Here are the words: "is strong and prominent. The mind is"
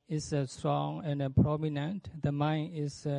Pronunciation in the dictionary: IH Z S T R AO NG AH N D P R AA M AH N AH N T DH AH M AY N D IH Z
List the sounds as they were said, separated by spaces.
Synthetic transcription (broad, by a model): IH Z S T R AO NG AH N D P R AA M AH N AH N T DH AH M AY N IH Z